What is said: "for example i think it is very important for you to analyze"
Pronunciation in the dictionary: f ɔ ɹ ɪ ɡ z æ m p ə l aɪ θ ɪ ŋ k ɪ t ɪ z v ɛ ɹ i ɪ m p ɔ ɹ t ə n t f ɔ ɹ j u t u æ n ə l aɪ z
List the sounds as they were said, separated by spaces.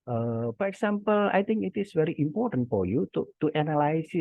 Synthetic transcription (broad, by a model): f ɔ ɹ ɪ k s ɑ m p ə l aɪ t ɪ ŋ k ɪ t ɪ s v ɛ ɹ i ɪ m p ɔ ɹ t ə n t f ɔ ɹ j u t u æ n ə l aɪ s